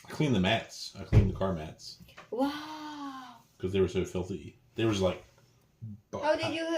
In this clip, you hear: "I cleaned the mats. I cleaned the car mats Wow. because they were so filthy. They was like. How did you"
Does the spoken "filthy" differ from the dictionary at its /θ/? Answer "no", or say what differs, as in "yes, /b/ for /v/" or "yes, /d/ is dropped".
no